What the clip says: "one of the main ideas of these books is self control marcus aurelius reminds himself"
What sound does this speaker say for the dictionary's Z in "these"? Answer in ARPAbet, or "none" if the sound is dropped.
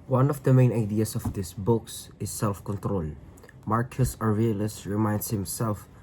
S